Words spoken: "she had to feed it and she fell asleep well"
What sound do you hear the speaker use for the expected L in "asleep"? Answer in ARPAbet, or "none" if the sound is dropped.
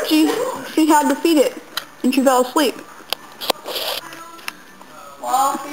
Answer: L